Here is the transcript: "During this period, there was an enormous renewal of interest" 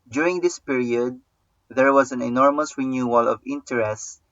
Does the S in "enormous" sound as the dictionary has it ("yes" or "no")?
yes